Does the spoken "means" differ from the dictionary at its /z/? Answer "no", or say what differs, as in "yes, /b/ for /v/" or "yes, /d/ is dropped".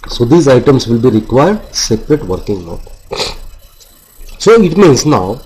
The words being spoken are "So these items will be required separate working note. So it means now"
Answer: yes, /s/ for /z/